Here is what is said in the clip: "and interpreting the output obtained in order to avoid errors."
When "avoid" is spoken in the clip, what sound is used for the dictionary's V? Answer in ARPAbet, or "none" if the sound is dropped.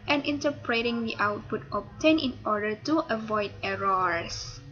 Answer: V